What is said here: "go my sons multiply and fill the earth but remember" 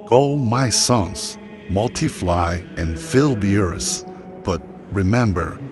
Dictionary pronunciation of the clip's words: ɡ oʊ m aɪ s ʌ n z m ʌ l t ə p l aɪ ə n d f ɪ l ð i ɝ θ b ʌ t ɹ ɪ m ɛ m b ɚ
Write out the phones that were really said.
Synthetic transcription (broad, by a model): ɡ oʊ m aɪ s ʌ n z m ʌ l t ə f l aɪ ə n f ɪ l ð i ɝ s b ʌ t ɹ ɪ m ɛ m b ɚ